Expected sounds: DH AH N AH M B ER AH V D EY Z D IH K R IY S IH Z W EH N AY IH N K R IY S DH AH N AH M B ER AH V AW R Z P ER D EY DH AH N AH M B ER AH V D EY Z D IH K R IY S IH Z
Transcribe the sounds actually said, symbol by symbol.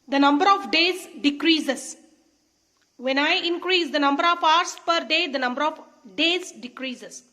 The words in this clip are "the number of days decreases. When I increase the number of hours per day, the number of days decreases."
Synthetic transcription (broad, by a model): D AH N AH M B ER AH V D EY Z D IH K R IY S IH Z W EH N AY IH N K R IY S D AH N AH M B ER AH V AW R S P ER D EY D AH N AH M B ER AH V D EY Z D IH K R IY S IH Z